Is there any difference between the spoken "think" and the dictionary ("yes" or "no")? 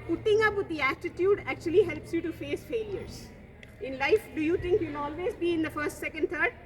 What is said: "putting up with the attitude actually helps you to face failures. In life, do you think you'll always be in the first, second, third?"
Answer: yes